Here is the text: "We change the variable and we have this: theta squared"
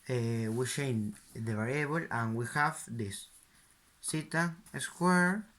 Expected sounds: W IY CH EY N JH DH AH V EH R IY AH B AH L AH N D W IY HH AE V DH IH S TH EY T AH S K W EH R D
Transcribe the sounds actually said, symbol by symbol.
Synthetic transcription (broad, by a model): W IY SH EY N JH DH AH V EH R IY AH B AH L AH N W IY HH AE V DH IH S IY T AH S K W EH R